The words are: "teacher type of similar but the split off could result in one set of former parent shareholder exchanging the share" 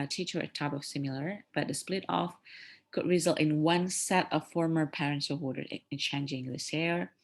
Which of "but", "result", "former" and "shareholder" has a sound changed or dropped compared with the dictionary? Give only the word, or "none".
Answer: shareholder